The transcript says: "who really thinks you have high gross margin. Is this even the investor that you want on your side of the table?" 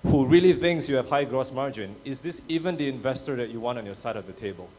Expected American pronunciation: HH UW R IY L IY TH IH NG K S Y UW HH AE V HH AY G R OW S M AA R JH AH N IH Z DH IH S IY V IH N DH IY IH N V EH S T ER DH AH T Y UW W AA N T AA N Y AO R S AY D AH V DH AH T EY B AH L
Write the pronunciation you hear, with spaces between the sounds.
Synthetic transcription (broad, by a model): HH UW R IY L IY TH IH NG K S Y UW HH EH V HH AY G R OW S M AA R JH AH N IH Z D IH S IY V IH N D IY IH N V EH S T ER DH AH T Y UW W AA N T AA N Y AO S AY D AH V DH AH T EY B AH L